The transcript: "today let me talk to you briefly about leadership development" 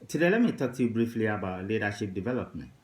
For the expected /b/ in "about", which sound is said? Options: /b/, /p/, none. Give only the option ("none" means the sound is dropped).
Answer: /b/